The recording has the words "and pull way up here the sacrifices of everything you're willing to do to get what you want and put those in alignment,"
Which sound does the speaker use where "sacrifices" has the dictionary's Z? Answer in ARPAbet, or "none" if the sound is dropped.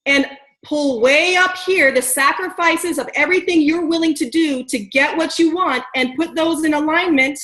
Z